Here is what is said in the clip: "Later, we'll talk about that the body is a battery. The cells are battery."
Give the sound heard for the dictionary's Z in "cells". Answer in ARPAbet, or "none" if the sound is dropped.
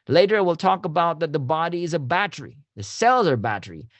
Z